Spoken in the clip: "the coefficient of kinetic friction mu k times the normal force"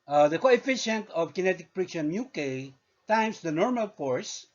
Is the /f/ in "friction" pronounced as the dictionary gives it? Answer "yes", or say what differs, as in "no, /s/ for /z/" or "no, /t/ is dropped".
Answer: no, /p/ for /f/